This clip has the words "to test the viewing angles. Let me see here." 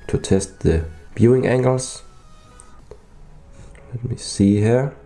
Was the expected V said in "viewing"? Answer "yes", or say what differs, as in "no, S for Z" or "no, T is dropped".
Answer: no, B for V